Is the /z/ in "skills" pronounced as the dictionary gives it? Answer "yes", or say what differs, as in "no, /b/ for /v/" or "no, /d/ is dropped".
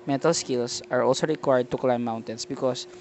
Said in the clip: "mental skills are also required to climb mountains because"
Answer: no, /s/ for /z/